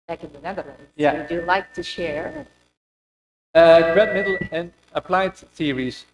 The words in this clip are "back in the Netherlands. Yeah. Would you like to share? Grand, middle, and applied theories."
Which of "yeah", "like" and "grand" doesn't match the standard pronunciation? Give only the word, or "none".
grand